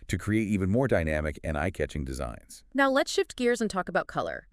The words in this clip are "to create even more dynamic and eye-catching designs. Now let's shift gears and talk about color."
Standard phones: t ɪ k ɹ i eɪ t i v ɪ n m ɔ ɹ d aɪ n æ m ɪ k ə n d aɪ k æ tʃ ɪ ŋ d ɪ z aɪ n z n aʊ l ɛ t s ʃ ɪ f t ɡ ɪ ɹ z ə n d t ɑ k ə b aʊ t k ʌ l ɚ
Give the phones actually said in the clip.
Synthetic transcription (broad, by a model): t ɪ k ɹ i eɪ t i v ɪ n m ɔ ɹ d aɪ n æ m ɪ k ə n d aɪ k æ tʃ ɪ ŋ d ɪ z aɪ n z n aʊ l ɛ t s ʃ ɪ f t ɡ ɪ ɹ z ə n t ɑ k ə b aʊ t k ʌ l ɚ